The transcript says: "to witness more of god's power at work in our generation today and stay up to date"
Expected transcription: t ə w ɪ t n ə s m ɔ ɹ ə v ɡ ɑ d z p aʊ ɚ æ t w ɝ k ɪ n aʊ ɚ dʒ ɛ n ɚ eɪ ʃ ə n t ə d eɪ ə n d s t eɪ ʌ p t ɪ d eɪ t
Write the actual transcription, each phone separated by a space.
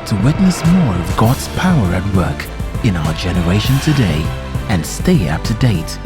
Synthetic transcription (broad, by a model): t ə w ɪ t n ə s m ɔ ɹ ə v ɡ ɑ d z p aʊ ɚ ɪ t w ɝ k ɪ n aʊ ɚ dʒ ɛ n ɚ eɪ ʃ ə n t ə d eɪ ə n s t eɪ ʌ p t ɪ d eɪ t